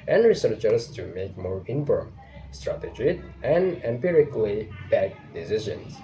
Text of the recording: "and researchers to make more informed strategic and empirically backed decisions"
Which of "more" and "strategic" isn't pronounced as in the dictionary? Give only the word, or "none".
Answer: strategic